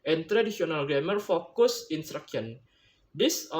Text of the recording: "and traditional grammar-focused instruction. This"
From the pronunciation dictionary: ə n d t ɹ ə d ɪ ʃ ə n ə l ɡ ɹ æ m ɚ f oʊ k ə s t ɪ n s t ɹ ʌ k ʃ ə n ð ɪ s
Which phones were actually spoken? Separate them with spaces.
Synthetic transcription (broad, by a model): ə n t ɹ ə d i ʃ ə n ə l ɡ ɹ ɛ m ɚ f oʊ k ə s ɪ n s t ɹ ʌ k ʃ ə n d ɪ s